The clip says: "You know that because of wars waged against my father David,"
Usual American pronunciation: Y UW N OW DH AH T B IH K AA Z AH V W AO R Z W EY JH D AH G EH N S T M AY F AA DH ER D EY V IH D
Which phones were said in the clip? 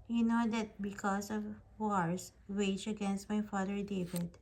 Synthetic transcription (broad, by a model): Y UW N OW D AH T B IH K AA S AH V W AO R S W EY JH AH G EH N S T M AY F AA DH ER D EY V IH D